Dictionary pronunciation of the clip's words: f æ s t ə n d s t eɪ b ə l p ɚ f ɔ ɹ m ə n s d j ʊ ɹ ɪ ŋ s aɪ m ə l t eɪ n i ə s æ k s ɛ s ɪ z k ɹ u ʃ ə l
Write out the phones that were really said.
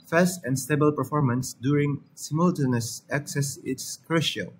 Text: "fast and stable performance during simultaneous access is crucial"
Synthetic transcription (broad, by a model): f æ s t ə n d s t eɪ b ə l p ɚ f ɔ ɹ m ə n s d j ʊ ɹ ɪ ŋ s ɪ m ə l t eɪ n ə s æ k s ɛ s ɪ s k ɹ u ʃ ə l